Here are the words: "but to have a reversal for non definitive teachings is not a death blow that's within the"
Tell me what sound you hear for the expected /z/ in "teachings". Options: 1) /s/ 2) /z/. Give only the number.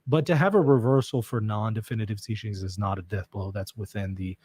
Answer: 2